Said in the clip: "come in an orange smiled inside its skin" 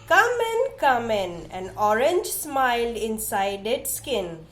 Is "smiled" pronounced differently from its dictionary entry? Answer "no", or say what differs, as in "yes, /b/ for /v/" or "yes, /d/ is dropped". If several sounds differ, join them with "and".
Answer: yes, /d/ is dropped